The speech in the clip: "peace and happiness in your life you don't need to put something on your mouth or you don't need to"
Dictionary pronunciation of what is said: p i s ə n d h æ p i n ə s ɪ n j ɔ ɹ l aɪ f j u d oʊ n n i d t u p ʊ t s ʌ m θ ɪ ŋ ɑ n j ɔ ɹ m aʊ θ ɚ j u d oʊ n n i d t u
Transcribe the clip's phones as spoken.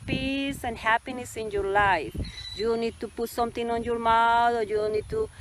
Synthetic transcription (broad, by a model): p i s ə n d h æ p i n ə s ɪ n j ɔ ɹ l aɪ f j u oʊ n n i d t u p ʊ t s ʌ m t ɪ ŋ ɑ n j ɔ ɹ m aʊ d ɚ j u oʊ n n i d t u